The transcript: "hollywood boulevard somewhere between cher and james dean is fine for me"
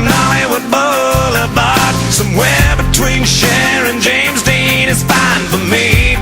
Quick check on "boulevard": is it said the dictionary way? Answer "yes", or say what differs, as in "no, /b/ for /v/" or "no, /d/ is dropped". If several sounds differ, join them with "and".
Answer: no, /b/ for /v/